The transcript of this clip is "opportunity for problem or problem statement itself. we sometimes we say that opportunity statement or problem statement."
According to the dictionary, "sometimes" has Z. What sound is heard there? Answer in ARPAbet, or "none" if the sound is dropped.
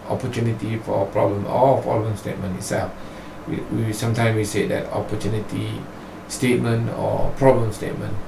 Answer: none